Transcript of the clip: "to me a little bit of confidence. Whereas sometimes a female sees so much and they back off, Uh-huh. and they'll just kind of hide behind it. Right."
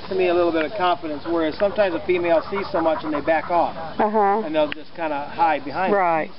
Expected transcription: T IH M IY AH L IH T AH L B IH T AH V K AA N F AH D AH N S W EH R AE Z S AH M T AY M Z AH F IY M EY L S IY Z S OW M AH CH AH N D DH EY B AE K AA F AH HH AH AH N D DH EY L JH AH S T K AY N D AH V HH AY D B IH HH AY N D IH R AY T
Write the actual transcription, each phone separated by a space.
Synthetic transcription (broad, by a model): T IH M IY AH L IH T L B IH T AH V K AA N F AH D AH N S W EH R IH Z S AH M T AY M Z AH F IY M EY L S IY Z S OW M AH CH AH N DH EY B AE K AA F AH HH AH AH N DH EY L JH AH S K AY N D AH HH AY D B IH HH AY IH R AY T